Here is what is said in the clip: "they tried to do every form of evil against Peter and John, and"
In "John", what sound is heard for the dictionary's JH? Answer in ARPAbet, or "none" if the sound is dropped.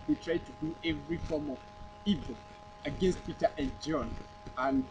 JH